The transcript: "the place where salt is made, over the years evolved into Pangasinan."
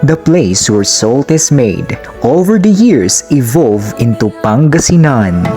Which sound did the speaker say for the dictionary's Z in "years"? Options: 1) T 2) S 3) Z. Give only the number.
2